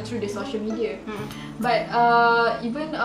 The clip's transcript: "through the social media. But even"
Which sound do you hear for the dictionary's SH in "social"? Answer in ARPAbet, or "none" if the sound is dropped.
SH